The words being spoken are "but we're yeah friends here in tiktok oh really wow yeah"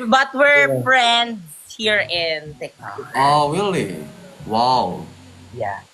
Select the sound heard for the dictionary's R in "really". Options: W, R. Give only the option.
W